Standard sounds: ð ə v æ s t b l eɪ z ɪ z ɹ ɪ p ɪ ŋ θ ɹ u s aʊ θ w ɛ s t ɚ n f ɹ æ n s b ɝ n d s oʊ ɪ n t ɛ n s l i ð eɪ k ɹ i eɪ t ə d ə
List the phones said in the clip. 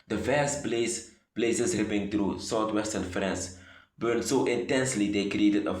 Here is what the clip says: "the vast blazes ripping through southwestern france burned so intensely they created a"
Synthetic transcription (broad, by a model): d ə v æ s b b l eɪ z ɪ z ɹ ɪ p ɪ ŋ t ɹ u s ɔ t w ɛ s t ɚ n f ɹ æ n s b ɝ n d s oʊ ɪ n t ɛ n s l i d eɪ k ɹ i eɪ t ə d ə